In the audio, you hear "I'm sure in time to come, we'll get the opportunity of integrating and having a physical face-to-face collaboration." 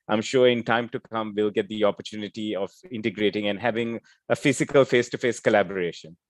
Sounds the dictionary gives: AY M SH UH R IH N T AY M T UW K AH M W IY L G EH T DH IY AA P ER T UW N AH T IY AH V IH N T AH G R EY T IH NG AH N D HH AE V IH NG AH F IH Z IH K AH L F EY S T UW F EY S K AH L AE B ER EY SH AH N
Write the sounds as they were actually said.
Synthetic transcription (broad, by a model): AY M SH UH R IH N T AY M T UW K AH M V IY L G EH T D IY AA P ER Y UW N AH T IY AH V IH N T AH G R EY T IH NG AH N D HH AE V IH NG AH F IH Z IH K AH L F EY S T UW F EY S K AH L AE B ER EY SH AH N